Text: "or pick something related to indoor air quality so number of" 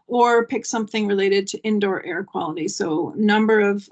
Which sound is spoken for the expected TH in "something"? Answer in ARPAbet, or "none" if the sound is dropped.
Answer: TH